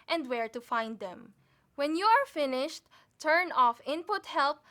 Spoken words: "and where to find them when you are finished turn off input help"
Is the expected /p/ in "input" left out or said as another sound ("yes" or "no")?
no